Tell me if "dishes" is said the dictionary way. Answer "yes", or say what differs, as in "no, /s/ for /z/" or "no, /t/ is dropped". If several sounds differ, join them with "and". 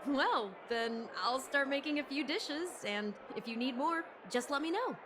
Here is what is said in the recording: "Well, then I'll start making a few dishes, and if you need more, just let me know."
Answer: yes